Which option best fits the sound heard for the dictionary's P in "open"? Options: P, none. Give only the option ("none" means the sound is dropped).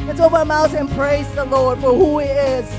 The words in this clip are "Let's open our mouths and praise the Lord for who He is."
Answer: none